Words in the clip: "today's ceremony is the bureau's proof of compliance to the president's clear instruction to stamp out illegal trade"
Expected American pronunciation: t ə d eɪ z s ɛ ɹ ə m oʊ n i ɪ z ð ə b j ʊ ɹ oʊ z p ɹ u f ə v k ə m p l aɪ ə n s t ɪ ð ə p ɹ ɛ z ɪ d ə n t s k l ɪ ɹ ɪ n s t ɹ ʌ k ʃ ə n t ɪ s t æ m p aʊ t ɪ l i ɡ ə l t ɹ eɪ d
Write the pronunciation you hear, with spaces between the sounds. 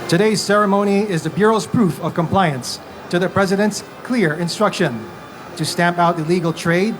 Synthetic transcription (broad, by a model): t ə d eɪ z s ɛ ɹ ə m oʊ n i ɪ z ð ə b j ʊ ɹ oʊ z p ɹ u f ə v k ə m p l aɪ ə n s t ɪ ð ə p ɹ ɛ z ɪ d ə n t s k l ɪ ɹ ɪ n s t ɹ ʌ k ʃ ə n t ɪ s t æ m p aʊ t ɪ l i ɡ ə l t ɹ eɪ d